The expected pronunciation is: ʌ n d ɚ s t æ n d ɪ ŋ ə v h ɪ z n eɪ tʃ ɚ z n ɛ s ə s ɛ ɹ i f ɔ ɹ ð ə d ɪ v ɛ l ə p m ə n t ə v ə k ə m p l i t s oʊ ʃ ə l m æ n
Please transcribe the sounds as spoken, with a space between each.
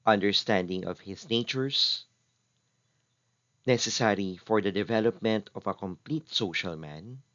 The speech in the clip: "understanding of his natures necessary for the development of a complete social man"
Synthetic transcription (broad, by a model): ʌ n d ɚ s t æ n d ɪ ŋ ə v h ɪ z n eɪ tʃ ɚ s n ɛ s ə s ɛ ɹ i f ɔ ɹ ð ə d ɪ v ɛ l ə p m ə n t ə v ə k ə m p l i t s oʊ ʃ ə l m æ n